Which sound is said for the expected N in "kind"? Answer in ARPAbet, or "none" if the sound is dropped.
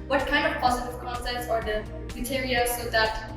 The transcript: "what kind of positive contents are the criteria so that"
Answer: N